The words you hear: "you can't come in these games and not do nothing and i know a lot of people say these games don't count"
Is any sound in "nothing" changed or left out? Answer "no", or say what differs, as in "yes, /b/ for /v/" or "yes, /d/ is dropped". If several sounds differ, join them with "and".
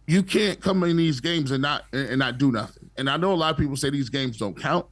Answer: no